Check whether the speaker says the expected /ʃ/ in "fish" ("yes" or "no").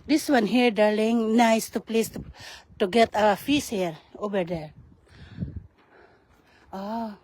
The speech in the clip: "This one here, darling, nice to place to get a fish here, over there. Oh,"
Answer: no